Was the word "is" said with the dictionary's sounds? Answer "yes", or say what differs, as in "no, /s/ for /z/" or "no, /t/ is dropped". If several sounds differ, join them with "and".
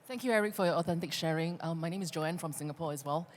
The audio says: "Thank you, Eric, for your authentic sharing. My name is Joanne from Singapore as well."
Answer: yes